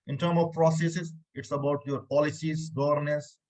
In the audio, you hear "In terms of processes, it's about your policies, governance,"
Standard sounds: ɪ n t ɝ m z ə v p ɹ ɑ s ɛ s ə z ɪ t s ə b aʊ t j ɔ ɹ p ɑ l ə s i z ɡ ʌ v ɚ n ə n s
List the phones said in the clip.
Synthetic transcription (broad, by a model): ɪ n t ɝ m ə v p ɹ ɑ s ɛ s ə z ɪ t s ə b aʊ t j ɔ ɹ p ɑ l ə s i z ɡ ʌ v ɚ n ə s